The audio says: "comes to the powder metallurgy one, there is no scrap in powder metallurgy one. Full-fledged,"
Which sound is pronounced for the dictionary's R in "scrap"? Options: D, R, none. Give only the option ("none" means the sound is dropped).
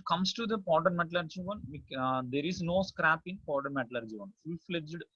R